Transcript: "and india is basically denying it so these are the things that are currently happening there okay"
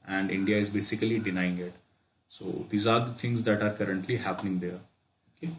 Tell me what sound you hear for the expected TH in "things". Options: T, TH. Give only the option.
T